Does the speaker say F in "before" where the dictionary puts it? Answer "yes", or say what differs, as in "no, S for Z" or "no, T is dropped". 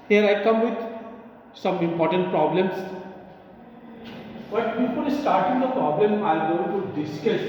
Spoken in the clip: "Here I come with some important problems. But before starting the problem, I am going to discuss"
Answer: no, P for F